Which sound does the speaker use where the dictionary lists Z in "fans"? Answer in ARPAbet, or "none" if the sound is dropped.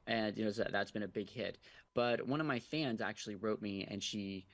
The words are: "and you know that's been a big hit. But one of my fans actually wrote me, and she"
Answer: Z